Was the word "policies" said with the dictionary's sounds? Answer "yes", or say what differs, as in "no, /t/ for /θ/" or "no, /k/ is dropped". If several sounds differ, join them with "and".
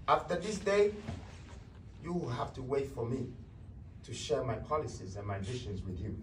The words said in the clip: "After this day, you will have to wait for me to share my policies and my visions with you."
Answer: yes